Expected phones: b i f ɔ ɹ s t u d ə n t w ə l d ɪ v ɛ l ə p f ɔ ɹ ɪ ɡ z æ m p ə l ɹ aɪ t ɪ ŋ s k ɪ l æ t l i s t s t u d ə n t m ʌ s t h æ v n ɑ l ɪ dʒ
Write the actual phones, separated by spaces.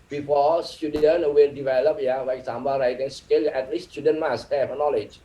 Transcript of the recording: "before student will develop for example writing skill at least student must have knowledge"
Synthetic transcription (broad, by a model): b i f ɔ s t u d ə n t w ə l d ɪ v ɛ l ə p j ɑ l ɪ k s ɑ m b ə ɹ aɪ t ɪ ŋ s k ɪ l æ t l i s s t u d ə n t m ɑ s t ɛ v n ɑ l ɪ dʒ